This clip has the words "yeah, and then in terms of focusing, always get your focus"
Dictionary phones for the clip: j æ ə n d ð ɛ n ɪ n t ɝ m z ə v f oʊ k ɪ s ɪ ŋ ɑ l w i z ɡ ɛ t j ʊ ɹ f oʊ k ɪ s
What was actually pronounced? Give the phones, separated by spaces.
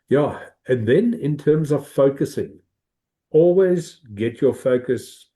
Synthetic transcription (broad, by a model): j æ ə n ð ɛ n ɪ n t ɝ m z ə v f oʊ k ɪ s ɪ ŋ ɑ l w i z ɡ ɛ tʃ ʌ ɹ f oʊ k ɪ s